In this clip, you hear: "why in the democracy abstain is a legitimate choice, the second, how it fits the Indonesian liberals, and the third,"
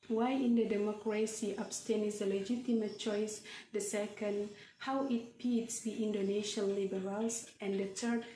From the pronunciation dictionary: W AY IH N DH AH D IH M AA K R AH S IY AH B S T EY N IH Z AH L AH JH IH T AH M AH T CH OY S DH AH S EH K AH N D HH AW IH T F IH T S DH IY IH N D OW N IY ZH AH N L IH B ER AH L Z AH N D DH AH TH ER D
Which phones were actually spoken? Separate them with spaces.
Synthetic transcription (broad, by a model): W AY IH N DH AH D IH M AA K R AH S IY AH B S T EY N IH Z AH L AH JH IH T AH M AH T CH OY S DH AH S EH K AH N D HH AW IH T P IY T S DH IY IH N D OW N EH SH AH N L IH B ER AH L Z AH N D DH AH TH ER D